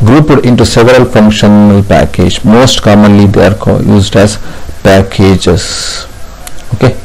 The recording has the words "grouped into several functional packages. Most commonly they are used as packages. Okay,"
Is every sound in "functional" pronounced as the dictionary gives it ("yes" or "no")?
yes